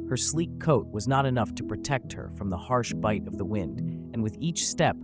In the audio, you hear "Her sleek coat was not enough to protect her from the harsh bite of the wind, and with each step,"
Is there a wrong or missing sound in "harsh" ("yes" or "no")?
no